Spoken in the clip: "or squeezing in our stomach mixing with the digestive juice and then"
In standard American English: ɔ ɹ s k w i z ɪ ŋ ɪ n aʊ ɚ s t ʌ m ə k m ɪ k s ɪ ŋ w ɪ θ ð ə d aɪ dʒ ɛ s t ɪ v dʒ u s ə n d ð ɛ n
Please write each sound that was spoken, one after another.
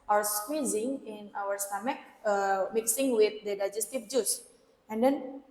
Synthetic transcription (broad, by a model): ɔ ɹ s k w i z ɪ ŋ ɪ n aʊ ɚ s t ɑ m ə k m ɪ k s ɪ ŋ w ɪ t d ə d aɪ dʒ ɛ s t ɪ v dʒ u s ə n d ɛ n